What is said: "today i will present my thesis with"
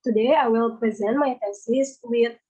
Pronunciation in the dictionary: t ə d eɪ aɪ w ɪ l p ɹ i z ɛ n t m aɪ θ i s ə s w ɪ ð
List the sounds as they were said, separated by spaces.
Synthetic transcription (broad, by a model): t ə d eɪ aɪ w ɪ l p ɹ i z ɛ n t m aɪ f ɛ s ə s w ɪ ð